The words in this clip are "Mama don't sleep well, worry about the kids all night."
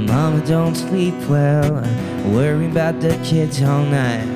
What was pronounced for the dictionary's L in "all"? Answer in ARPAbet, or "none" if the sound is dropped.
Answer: L